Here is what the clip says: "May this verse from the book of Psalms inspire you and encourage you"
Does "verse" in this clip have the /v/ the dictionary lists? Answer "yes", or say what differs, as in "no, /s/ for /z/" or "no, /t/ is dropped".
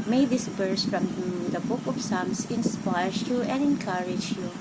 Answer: no, /b/ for /v/